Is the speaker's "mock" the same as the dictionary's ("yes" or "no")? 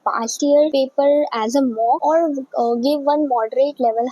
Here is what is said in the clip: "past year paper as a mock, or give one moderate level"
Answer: no